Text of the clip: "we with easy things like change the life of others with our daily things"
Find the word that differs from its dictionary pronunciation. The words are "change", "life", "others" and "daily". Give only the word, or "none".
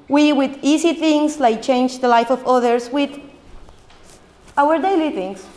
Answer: others